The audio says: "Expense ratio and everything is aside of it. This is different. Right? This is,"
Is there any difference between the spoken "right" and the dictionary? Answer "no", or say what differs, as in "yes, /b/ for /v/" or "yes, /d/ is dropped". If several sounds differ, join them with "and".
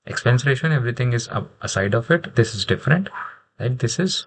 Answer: yes, /l/ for /ɹ/